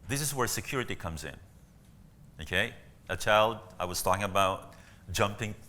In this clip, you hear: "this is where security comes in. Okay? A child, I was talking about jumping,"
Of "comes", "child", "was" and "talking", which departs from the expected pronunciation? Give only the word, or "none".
none